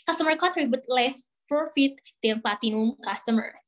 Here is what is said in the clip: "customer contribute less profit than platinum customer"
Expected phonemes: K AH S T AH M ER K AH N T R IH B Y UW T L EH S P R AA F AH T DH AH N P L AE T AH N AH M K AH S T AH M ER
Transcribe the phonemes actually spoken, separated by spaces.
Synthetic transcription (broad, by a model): K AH S T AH M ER K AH T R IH B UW T L EH S P R AA F AH T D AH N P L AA T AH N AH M K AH S T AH M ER